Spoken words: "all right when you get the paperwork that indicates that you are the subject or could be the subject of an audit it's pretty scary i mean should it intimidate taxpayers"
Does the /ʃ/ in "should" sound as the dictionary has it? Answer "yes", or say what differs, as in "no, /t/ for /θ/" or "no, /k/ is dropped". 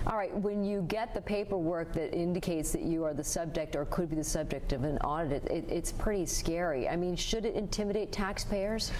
yes